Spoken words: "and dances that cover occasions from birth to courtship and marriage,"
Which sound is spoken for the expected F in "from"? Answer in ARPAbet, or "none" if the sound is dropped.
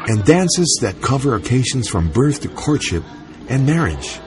F